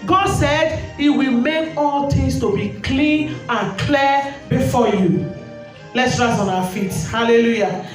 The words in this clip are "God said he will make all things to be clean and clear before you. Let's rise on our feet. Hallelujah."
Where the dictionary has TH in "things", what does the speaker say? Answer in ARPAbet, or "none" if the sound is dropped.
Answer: T